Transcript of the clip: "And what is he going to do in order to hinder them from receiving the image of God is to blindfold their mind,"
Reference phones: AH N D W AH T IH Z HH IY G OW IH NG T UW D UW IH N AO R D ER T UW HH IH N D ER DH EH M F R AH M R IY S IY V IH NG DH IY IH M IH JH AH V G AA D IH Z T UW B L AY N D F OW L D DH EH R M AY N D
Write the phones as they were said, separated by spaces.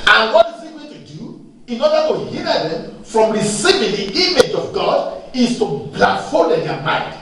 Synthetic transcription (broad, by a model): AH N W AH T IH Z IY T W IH T UW D UW IH N AO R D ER T UW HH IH D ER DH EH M F R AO M R IY S IY V IH NG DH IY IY M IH JH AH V G AA D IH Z T UW B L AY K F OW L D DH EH M AY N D